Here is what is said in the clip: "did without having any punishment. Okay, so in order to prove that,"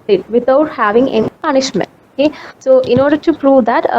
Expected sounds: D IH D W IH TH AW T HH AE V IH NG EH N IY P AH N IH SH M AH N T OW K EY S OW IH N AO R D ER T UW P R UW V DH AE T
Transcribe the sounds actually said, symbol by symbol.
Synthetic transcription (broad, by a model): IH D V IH T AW T HH AE V IH NG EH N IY P AH N IH SH M AH N T OW K EY S OW IH N AO R D ER T UW P R UW V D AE T